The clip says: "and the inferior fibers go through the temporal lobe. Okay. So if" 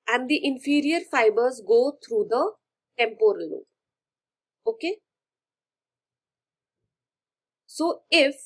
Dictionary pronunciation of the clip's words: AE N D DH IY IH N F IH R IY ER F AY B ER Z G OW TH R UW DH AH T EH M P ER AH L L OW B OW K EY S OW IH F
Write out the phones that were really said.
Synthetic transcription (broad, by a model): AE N D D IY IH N F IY R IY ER F AY B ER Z G OW T R UW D AH T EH M P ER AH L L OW OW K EY S OW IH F